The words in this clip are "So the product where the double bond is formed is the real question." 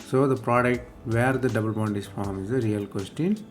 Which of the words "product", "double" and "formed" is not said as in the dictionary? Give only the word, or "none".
formed